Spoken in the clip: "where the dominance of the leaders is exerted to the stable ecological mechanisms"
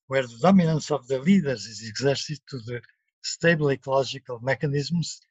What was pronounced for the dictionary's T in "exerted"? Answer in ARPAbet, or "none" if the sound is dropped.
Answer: S